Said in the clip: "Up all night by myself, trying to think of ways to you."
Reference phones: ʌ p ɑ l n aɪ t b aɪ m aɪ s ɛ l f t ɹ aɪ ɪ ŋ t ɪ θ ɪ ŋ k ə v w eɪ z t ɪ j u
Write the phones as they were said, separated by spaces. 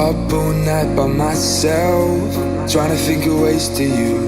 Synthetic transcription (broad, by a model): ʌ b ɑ n aɪ t b aɪ m aɪ s ɛ l f t ɹ aɪ ɪ ŋ t ɪ f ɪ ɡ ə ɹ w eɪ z t ɪ j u